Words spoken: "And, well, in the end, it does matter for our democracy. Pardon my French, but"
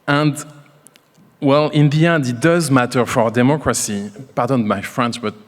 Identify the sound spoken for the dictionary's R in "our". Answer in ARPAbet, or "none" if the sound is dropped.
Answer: R